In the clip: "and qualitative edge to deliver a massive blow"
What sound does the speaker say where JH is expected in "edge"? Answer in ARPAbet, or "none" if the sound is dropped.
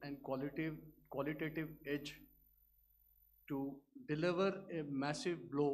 JH